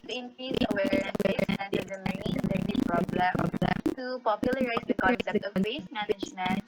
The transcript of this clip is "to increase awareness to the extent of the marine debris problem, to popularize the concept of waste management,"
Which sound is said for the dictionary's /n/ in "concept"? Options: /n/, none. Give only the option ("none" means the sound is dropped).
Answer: none